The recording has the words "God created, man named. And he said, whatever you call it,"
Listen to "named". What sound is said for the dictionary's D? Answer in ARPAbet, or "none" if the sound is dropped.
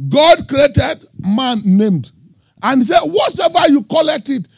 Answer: D